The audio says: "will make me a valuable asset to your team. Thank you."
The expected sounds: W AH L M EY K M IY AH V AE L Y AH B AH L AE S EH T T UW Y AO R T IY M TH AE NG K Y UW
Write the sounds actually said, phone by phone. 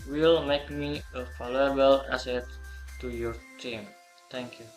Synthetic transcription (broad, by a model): W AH L M EY K M IY AH F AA L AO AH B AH L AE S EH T T UW Y AO R T IY M T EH NG K Y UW